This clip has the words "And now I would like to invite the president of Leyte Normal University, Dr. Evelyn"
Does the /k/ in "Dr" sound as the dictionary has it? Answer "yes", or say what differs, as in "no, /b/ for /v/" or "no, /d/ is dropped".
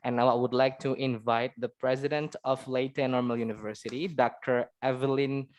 yes